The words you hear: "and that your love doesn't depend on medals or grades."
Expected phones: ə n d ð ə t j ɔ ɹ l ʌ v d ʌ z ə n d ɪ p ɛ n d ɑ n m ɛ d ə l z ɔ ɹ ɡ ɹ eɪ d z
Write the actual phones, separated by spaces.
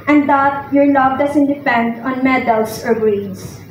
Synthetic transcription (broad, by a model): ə n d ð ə t j ɔ ɹ l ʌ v d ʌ s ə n d ɪ p ɛ n d ɑ n m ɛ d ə l s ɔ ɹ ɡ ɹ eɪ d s